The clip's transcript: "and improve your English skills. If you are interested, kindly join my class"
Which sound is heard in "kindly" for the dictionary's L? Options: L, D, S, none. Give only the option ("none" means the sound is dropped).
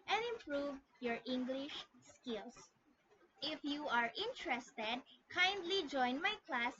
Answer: L